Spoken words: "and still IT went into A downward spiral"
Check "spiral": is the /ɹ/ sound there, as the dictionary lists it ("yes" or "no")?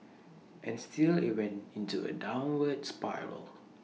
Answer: yes